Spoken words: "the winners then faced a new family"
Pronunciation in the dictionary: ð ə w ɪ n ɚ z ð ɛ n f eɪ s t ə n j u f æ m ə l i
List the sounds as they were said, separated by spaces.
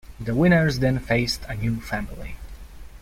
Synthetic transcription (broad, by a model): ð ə w ɪ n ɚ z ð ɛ n f eɪ s t ə n j u f æ m ə l i